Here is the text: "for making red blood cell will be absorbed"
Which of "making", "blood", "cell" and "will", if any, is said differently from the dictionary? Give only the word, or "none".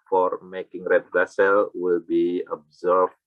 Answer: blood